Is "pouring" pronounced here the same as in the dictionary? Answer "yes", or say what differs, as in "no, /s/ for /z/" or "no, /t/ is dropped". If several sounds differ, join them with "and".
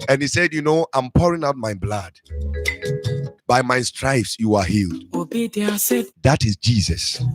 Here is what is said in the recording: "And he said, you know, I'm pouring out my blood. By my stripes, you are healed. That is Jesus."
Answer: yes